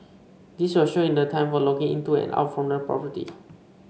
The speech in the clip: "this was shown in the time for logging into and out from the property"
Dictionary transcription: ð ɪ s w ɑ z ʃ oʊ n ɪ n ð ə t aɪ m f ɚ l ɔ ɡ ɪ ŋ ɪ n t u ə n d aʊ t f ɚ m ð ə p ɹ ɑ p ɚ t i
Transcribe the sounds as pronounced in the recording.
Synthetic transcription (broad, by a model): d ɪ s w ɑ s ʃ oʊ ɪ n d ə t aɪ m f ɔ l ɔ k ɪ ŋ ɪ n t u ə n aʊ t f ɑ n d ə p ɹ ɑ p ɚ t i